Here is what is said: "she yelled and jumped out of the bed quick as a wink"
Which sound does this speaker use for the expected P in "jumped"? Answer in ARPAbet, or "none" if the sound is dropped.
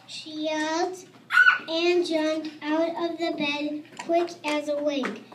none